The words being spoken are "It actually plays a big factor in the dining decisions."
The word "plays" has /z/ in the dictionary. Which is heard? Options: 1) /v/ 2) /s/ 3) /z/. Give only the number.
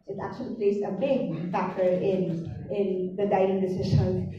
2